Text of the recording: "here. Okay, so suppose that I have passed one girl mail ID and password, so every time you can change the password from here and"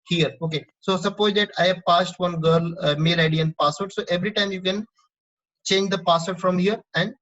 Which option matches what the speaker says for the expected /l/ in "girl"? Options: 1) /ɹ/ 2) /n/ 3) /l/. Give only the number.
3